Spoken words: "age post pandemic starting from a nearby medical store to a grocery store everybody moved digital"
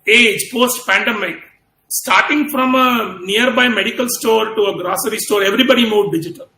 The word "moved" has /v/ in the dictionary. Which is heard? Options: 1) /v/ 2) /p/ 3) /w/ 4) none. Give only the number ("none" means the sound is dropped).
4